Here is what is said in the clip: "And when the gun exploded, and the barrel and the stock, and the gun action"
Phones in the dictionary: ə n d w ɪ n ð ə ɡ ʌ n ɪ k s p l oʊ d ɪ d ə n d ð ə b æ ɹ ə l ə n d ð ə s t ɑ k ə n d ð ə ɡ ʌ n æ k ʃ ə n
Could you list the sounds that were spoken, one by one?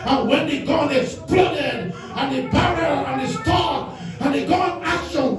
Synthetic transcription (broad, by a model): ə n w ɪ n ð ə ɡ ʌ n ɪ s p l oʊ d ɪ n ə n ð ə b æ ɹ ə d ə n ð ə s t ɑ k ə n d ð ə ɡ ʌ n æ k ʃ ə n